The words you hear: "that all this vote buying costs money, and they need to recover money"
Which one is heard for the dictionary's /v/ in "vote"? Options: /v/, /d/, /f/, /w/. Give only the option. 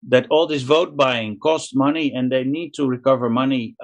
/v/